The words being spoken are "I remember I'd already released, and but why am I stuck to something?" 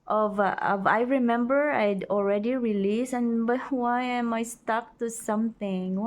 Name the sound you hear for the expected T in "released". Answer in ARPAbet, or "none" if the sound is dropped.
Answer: none